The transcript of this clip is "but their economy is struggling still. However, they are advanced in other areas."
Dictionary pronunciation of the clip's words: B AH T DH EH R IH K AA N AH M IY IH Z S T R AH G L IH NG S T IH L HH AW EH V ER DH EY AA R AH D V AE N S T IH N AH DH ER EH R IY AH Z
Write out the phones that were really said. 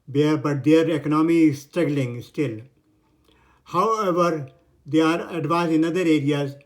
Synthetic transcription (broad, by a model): B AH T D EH R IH K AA N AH M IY S T R AH G L IH NG S T IH L HH AW EH V ER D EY AA R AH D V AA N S IH N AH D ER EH R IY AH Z